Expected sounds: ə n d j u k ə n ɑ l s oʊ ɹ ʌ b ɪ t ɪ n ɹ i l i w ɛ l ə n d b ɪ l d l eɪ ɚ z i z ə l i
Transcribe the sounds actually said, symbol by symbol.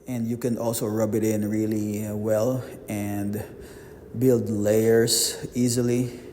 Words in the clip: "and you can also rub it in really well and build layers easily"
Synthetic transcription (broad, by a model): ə n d j u k ə n ɑ l s oʊ ɹ ʌ b ɪ t ɪ n ɹ i l i w ɛ l ə n d b ɪ l d l eɪ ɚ s i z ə l i